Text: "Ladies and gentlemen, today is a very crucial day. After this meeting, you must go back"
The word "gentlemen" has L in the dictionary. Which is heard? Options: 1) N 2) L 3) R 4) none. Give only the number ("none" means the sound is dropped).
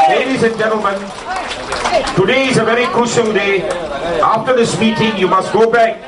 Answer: 2